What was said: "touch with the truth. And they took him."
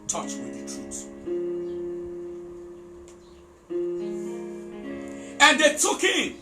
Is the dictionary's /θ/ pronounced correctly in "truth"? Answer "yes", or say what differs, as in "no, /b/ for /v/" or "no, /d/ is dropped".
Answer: no, /s/ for /θ/